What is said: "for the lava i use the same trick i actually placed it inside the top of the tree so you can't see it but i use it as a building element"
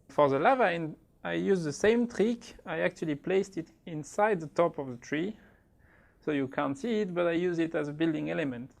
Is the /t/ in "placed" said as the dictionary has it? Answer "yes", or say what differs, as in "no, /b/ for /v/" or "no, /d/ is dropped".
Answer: yes